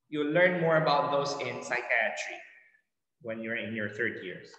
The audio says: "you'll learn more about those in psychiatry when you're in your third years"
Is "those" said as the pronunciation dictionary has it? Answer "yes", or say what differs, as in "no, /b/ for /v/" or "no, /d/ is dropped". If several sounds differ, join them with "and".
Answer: no, /s/ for /z/